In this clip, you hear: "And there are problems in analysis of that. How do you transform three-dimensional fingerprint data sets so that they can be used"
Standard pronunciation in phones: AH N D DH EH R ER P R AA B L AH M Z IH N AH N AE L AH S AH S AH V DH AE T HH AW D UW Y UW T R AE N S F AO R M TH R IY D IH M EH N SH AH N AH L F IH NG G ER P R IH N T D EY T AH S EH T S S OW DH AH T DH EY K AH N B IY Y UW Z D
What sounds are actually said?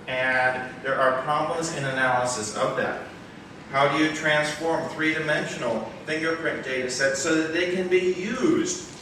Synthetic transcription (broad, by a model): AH N DH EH R ER P R AA B L AH M Z IH N AH N AE L AH S AH S AH V DH AE T HH AW D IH Y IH T R AE N S F AO R M TH R IY D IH M EH N SH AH N L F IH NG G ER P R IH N D EY T AH S EH T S S OW DH AH T DH EY K AH N B IY Y UW Z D